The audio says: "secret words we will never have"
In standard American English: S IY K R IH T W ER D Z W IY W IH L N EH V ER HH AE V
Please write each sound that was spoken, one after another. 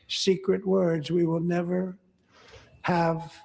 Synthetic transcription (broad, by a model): S IY K R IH T W ER D Z W IY W IH L N EH V ER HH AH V